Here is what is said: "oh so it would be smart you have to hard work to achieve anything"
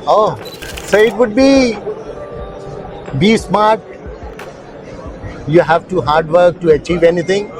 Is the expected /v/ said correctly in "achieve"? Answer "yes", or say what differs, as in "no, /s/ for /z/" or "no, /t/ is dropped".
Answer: yes